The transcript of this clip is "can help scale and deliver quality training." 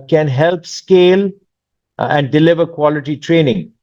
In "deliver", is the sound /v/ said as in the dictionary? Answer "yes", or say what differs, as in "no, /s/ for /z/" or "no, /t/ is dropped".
yes